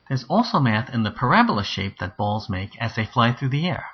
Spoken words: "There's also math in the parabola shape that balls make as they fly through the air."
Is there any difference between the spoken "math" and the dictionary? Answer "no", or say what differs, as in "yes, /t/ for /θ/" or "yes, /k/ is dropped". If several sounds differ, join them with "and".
no